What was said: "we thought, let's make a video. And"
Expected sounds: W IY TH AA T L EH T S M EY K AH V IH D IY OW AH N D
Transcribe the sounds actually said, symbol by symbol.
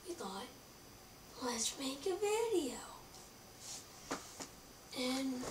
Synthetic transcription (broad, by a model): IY T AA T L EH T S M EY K AH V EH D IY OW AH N